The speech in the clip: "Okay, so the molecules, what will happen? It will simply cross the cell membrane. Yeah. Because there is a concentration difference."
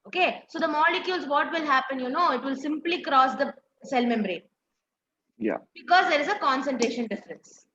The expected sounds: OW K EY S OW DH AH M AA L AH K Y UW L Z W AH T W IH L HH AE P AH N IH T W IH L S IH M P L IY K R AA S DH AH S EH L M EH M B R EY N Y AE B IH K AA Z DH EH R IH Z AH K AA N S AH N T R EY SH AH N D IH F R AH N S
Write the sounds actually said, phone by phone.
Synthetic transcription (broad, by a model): OW K EY S OW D AH M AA L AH K Y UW L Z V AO T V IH L HH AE P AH N IH T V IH L S IH M P L IY K R AA S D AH S EH L M EH M B R EY N Y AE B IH K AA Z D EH R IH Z AH K AA N S AH N T R EY SH AH N D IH F R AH N S